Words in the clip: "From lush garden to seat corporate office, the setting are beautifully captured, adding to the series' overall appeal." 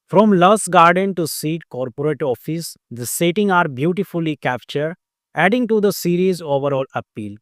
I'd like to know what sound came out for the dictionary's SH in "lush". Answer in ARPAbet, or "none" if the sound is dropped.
S